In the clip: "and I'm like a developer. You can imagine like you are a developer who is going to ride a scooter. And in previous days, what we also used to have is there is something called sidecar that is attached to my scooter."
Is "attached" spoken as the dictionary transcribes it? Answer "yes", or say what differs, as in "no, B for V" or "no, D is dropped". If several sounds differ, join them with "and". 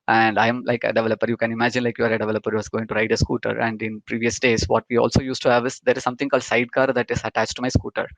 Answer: yes